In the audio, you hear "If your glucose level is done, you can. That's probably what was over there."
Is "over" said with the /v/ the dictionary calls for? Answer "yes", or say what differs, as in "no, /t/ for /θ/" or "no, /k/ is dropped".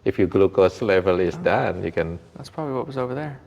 yes